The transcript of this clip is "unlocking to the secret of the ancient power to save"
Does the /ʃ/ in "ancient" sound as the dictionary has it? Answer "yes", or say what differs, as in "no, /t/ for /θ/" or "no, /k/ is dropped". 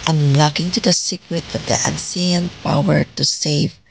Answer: no, /s/ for /ʃ/